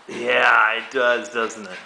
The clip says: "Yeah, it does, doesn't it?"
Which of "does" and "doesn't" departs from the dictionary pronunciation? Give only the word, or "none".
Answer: none